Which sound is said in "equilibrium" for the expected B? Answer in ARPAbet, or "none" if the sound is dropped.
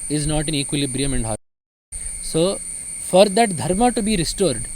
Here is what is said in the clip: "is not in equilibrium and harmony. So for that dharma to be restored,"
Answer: B